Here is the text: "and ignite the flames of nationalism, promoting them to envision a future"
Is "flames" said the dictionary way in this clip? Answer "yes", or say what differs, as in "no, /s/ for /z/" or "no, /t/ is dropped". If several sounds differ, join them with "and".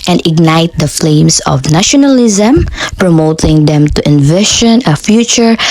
no, /s/ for /z/